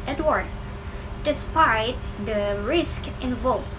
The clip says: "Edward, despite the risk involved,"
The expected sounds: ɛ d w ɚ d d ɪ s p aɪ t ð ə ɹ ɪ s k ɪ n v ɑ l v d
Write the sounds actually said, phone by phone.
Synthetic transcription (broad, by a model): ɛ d w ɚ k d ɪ s p aɪ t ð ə ɹ ɪ s k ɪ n v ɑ l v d